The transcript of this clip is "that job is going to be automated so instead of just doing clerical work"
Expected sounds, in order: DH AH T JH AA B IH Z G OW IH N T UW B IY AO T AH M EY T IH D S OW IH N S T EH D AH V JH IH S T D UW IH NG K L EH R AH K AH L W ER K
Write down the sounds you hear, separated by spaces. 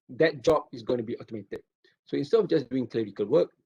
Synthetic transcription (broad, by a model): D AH T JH AA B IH S G OW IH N T UW B IY AO T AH M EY T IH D S OW IH N S T EH D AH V JH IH S D UW IH NG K L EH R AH K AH L W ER K